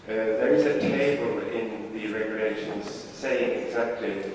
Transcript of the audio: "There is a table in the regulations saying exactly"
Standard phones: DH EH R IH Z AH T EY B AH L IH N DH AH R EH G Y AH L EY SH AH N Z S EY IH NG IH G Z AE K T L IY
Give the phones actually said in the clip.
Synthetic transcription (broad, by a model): DH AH R IH Z AH T EY B AH L IH N DH AH R EH G Y AH L EY SH AH N Z S EY IH NG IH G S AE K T L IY